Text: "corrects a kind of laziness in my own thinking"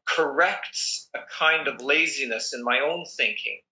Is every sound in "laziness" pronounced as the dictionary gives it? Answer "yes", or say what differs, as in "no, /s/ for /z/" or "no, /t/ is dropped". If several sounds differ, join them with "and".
yes